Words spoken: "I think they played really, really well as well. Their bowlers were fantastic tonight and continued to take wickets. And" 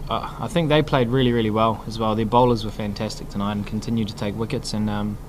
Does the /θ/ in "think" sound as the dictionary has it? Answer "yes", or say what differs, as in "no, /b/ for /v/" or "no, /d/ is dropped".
yes